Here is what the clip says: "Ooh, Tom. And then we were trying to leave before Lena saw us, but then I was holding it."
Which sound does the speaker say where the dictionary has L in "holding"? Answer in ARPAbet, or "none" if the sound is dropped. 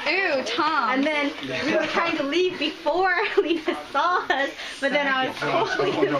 none